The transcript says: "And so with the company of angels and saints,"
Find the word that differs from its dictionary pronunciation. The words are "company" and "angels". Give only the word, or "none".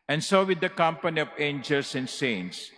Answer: angels